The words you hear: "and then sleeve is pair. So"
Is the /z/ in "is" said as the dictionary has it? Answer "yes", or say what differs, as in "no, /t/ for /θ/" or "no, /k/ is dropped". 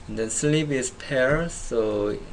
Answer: no, /s/ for /z/